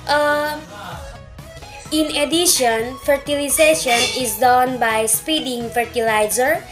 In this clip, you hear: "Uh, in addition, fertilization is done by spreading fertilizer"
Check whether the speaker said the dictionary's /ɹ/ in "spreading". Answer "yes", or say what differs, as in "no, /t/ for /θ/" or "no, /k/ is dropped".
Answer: no, /ɹ/ is dropped